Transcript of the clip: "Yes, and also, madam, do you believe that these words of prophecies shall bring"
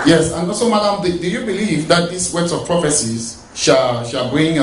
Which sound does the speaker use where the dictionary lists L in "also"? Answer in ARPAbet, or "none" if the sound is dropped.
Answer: none